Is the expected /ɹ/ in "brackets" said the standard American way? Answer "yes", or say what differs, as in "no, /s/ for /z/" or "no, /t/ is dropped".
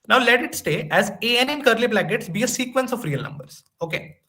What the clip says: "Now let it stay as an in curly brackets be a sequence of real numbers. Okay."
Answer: no, /l/ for /ɹ/